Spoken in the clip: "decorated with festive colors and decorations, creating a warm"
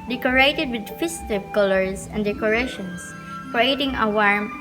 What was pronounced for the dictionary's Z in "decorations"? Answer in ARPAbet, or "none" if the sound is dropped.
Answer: S